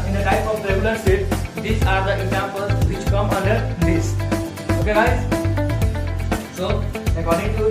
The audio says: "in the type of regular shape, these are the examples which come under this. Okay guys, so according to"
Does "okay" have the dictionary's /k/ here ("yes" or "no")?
yes